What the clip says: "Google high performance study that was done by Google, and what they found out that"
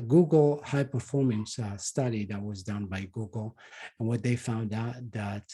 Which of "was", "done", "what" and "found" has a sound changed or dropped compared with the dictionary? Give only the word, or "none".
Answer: none